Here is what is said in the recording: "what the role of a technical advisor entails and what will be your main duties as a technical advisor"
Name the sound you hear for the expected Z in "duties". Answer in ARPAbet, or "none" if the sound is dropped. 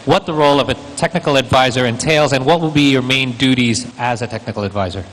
Z